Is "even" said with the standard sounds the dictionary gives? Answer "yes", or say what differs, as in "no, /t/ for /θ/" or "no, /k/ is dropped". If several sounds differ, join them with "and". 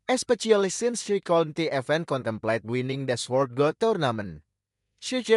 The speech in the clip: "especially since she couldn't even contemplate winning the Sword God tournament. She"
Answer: no, /f/ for /v/